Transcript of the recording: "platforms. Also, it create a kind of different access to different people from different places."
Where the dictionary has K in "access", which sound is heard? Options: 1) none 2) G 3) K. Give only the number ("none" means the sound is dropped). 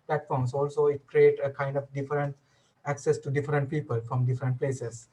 3